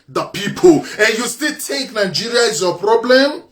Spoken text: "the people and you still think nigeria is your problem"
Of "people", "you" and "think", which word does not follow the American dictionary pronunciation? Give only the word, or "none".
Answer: think